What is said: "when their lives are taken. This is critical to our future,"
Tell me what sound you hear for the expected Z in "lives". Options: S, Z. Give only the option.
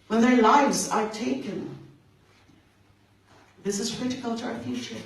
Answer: Z